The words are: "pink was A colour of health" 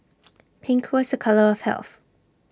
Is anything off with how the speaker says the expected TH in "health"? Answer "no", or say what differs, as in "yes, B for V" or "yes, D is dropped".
no